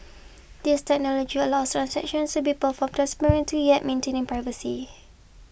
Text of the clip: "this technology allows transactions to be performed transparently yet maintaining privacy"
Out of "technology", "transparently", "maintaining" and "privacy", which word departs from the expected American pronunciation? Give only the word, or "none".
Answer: transparently